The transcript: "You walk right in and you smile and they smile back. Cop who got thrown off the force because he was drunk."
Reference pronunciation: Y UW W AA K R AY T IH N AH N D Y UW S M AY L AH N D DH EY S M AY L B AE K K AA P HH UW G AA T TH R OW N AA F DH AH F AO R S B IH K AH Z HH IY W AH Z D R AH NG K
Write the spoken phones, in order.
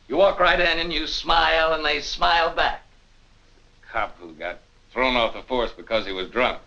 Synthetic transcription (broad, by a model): Y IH W AA K R AY T IH N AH N Y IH S M AY L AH N DH EY S M AY L B AE K K AA P HH UW G AA T TH R OW N AA F DH AH F AO R S B IH K AH Z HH IY W AH Z D R AH NG K